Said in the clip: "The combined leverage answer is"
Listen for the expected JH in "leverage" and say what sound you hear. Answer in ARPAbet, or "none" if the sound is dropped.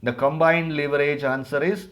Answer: JH